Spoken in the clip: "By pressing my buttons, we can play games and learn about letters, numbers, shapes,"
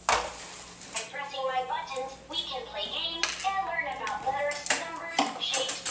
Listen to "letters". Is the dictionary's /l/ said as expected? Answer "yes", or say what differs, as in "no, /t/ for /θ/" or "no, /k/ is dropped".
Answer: no, /w/ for /l/